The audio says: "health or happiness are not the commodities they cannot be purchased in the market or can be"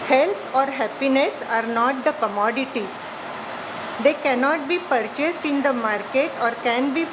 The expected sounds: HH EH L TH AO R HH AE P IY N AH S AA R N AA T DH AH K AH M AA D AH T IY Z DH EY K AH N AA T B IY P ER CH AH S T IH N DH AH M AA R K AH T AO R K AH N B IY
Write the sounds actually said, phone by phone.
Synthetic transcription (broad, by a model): HH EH L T AO R HH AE P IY N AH S AA R N AA T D AH K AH M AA D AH T IY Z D EY K AH N AA T B IY P ER CH AH S T IH N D AH M AA R K AH T AO R K AH N B IY